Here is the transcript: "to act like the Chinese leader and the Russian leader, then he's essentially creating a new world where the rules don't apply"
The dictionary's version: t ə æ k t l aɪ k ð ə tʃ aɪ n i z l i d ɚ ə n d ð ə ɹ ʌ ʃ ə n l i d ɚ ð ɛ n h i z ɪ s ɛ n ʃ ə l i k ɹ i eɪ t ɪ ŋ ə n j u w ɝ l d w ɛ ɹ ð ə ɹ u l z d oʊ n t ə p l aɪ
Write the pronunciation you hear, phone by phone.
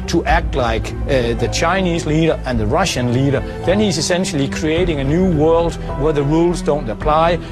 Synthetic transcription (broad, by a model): t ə æ k t l aɪ k ð ə tʃ aɪ n i z l i d ɚ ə n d ð ə ɹ ʌ ʃ ə n l i d ɚ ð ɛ n h i z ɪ s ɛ n ʃ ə l i k ɹ i eɪ t ɪ ŋ ə n j u w ɝ l d w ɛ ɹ ð ə ɹ u l z d oʊ n t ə p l aɪ